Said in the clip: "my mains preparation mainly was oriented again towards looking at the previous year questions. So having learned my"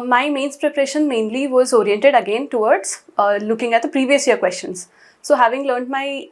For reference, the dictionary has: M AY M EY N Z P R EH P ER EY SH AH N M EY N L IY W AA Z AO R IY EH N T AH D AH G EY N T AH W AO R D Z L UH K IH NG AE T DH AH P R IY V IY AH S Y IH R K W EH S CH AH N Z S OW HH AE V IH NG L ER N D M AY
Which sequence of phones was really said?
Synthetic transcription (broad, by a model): M AY M EY N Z P R EH P ER EY SH AH N M EY N L IY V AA Z AO R IY EH N T AH D AH G EY N T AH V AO R D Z L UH K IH NG AE T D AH P R IY V IY AH S Y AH R K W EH S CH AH N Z S OW HH AE V IH NG L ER N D M AY